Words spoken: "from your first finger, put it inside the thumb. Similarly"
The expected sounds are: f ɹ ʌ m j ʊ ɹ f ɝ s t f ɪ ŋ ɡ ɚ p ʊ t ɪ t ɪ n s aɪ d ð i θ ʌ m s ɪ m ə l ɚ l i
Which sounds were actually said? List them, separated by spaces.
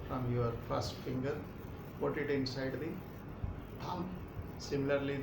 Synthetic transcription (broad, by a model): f ɹ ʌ m j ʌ ɹ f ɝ s t f ɪ ŋ ɡ ɚ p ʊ t ɪ t ɪ n s aɪ d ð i t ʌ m s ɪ m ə l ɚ l i